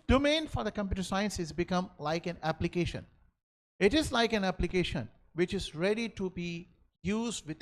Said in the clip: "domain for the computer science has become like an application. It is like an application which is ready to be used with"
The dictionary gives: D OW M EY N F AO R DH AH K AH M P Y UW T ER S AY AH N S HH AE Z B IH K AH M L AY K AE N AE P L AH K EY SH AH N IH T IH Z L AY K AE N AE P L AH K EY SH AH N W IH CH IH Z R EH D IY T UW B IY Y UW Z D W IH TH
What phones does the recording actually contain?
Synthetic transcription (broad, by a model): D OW M EY N F AO R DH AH K AH M P Y UW T ER S AY AH N S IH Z B IH K AH M L AY K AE N AE P L AH K EY SH AH N IH T IH Z L AY K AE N AE P L AH K EY SH AH N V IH CH IH Z R EH D IY T UW B IY Y UW Z D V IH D